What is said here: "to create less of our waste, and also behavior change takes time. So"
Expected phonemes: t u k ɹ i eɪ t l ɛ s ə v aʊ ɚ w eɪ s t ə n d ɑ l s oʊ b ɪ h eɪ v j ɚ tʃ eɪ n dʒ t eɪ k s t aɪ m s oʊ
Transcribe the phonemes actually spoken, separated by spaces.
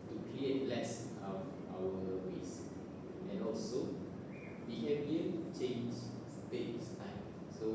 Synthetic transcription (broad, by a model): t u k ɹ i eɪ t l ɛ s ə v aʊ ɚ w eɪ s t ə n ɑ l s oʊ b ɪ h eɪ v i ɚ tʃ eɪ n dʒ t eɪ s t aɪ m s oʊ